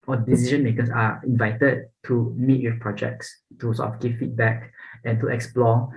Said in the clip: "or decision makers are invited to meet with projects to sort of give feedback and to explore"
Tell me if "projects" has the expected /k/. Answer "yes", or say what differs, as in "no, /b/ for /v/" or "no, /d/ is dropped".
yes